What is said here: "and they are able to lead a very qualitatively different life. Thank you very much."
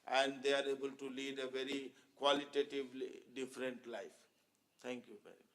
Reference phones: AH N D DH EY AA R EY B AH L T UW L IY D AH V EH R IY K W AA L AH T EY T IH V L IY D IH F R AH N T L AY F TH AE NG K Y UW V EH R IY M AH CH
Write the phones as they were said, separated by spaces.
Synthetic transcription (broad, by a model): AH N D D EY AA R EY B AH L T UW L IY D AH V EH R IY K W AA L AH T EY T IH V L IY D IH F R AH N T L AY F T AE NG K Y UW V EH R IY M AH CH